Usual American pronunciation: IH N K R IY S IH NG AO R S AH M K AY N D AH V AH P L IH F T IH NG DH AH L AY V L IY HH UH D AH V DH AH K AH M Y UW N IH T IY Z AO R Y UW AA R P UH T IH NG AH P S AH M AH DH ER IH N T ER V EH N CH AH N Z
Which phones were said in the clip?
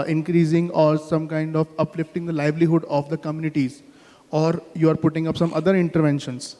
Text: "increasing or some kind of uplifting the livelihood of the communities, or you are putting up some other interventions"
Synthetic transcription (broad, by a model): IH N K R IY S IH NG AO R S AH M K AY N D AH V AH P L IH F T IH NG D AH L AY V L IY HH UH D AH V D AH K AH M Y UW N IH T IY Z AO R Y UW AA R P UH T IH NG AH P S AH M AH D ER IH N T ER V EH N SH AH N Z